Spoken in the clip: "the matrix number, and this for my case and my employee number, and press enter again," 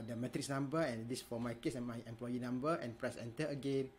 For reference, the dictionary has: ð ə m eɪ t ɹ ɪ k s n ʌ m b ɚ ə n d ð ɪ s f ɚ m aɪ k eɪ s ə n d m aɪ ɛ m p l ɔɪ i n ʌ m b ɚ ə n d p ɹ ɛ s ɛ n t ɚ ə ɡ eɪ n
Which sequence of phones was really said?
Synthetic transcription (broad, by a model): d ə m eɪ t ɹ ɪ k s n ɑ m b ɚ ə n d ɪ s f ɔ m aɪ k eɪ s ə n m aɪ ɛ m p l ɔɪ i n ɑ m b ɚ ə n p ɹ ɛ s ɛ n t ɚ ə ɡ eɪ n